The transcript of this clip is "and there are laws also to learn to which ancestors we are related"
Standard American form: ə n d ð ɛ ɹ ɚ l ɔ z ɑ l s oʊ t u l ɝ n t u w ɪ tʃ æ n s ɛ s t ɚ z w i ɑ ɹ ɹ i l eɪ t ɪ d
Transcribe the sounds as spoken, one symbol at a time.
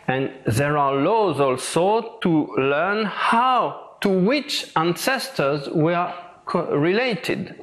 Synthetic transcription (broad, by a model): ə n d ð ɛ ɹ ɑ l ɔ z ɑ l s oʊ t u l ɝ n t u w ɪ tʃ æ n s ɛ s t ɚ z w i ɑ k ɹ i l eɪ t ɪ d